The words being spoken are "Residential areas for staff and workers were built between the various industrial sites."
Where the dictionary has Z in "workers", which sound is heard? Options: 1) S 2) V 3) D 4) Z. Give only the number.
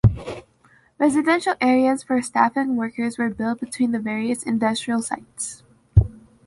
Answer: 4